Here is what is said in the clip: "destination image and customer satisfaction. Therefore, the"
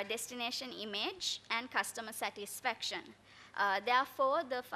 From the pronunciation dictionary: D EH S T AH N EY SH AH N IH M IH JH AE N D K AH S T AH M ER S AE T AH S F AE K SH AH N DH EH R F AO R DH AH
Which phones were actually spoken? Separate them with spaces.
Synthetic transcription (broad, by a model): D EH S T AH N EY SH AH N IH M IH JH AE N D K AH S T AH M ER S AE T AH S F AE K SH AH N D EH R F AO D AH